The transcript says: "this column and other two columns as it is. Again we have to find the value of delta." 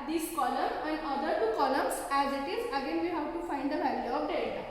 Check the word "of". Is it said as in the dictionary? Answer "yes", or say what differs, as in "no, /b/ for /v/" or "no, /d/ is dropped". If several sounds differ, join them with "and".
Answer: no, /p/ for /v/